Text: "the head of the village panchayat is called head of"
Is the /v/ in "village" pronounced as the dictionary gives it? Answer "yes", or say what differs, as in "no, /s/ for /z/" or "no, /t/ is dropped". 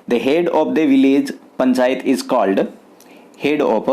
yes